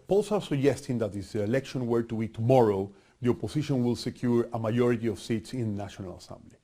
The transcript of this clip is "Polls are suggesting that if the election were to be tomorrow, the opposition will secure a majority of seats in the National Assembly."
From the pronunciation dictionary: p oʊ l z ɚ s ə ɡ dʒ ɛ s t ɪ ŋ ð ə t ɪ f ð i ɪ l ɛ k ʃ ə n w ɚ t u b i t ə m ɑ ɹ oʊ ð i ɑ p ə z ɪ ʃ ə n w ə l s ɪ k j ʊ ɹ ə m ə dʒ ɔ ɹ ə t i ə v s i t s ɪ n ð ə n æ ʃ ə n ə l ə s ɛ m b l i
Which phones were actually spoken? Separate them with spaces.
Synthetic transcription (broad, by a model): p oʊ l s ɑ s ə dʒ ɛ s t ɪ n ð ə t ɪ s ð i ɪ l ɛ k ʃ ə n w ɚ t u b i t ə m ɑ ɹ oʊ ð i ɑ p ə s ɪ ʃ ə n w ə l s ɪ k j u ɹ ə m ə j ɔ ɹ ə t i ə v s i t s ɪ n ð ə n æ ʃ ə n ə l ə s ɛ m b l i